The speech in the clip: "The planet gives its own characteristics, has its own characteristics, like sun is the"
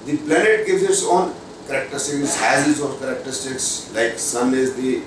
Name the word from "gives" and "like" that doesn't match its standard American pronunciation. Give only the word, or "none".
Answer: gives